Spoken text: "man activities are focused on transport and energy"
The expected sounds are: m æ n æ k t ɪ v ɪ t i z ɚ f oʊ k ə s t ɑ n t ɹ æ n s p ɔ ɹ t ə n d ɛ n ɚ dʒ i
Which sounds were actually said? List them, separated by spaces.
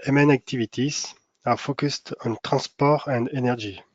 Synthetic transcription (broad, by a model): m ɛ n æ k t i v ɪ t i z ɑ f oʊ k ə s t ɑ n t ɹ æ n s p ɔ ɹ ə n d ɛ n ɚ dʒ i